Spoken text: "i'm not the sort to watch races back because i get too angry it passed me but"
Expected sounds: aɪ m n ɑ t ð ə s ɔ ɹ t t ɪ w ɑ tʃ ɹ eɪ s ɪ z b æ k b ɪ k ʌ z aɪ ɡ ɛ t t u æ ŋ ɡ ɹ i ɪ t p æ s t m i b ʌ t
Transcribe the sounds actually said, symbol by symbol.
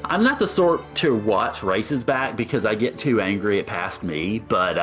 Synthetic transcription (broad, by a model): aɪ m n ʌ t ð ə s ɔ ɹ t t ɪ w ɑ tʃ ɹ eɪ s ɪ z b æ k b ɪ k ʌ z aɪ ɡ ɛ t t u æ ŋ ɡ ɹ i ɪ t p æ s t m i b ʌ t